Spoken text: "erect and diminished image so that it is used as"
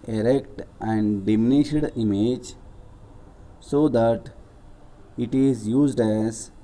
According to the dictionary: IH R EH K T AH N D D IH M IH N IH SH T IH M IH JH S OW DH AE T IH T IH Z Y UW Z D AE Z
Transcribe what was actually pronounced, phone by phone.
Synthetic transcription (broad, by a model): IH R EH K T AH N D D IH M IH N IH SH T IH M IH JH S OW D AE T IH T IH Z Y UW Z D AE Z